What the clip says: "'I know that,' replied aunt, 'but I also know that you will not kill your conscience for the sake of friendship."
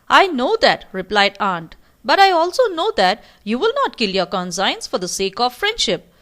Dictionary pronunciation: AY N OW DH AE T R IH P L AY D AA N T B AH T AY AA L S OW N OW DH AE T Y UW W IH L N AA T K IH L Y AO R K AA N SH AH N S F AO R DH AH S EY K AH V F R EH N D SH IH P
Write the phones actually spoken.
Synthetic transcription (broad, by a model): AY N OW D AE T R IH P L AY D AA N T B AH T AY AA L S OW N OW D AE T Y UW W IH L N AA T K IH L Y AO R K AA N S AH N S F AO R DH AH S EY K AH V F R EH N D SH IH P